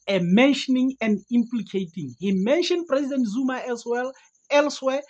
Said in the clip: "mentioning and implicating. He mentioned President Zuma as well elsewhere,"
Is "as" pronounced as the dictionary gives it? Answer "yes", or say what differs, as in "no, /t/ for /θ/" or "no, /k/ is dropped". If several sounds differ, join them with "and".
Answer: no, /s/ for /z/